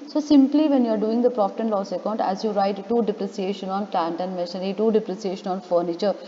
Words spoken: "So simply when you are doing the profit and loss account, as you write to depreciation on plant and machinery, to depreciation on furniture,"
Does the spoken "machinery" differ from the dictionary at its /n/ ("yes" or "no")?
yes